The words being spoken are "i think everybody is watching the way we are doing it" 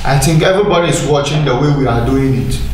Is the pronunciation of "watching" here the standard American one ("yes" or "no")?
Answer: yes